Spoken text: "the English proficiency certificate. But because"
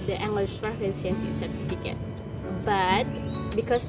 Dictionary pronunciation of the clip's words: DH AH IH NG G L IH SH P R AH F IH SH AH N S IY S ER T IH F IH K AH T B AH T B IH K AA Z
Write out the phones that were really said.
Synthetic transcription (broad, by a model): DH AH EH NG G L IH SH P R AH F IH S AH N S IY S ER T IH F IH K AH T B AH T B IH K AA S